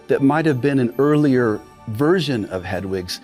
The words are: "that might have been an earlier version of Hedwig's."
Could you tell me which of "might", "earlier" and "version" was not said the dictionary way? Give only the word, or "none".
none